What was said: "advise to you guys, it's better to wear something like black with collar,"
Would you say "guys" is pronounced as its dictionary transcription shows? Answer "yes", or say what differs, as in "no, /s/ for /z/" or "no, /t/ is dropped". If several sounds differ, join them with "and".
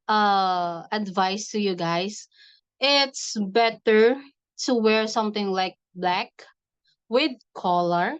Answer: no, /s/ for /z/